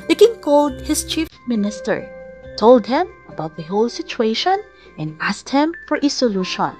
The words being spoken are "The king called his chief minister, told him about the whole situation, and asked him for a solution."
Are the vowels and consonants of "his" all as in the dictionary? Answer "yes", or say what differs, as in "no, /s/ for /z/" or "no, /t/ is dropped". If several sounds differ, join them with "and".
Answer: no, /s/ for /z/